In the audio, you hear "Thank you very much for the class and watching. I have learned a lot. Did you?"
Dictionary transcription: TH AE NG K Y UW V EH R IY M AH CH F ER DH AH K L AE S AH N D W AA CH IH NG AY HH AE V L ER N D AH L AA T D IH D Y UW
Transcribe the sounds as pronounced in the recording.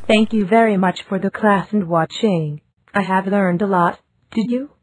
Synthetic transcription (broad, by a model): TH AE NG K Y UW V EH R IY M AH CH F ER DH AH K L AE S AH N D W AA CH IH NG AY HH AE V L ER N D AH L AA T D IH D Y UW